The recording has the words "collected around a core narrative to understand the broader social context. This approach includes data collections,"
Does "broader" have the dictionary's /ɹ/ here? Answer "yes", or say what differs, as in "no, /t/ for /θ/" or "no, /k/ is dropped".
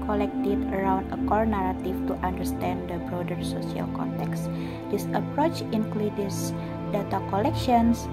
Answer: yes